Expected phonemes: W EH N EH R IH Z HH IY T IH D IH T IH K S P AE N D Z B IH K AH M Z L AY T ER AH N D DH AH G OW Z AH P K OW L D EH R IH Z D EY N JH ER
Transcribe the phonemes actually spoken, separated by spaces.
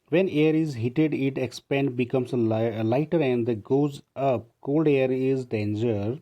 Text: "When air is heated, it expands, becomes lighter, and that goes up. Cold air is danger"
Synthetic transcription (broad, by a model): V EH N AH R IH Z HH IY T IH D IH T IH K S P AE N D B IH K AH M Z L AY T ER AH N D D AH G OW Z AH P K OW L D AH R IH Z D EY N JH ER